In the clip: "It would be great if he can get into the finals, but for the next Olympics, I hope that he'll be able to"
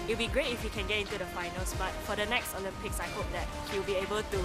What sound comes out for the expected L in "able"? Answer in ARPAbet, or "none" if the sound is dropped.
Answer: L